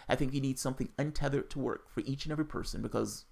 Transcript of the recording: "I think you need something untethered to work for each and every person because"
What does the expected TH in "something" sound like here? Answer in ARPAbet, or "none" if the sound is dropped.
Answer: TH